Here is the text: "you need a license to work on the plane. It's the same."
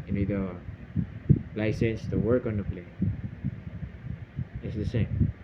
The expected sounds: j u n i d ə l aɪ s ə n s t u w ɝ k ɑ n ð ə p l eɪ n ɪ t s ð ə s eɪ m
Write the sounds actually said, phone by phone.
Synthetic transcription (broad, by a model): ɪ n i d ə l aɪ s ə n s t u w ɝ k ɑ n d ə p l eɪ ɪ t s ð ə s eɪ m